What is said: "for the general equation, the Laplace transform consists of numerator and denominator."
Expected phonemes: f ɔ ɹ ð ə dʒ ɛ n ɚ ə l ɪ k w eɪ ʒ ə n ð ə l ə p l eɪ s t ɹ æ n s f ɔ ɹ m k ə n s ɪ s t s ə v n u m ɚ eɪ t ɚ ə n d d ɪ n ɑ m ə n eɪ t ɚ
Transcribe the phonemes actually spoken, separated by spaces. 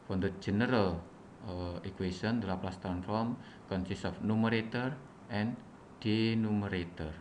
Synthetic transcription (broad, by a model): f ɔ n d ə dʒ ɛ n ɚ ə l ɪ k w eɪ s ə n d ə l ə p l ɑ s t æ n f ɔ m k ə n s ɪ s s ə f n u m ɚ eɪ t ɚ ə n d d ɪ n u m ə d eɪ t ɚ